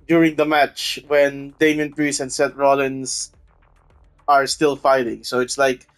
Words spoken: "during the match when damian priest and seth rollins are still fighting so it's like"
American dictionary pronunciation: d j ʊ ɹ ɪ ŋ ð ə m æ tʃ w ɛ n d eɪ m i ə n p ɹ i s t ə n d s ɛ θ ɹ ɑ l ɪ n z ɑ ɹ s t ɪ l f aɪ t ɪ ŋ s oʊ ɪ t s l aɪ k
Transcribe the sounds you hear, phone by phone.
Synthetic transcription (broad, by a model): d j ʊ ɹ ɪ ŋ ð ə m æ tʃ w ɛ n d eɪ m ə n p ɹ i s ə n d s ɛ t ɹ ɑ l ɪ n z ɑ ɹ s t ɪ l f aɪ t ɪ ŋ s oʊ ɪ t s l aɪ k